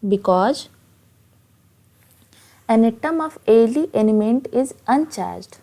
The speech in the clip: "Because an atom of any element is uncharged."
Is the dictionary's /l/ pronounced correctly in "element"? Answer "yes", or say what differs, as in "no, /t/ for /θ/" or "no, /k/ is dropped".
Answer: no, /n/ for /l/